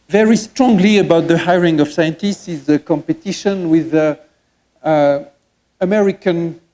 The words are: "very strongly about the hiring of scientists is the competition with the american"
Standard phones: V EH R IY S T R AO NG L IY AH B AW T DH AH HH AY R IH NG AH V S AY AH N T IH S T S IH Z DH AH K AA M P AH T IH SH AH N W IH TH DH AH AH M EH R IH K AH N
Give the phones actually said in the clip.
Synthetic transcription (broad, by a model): V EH R IY S T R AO NG L IY AH B AW T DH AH HH AY R IH NG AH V S AY AH N T IH S T S IH Z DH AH K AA M P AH T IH SH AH N W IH DH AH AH M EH R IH K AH N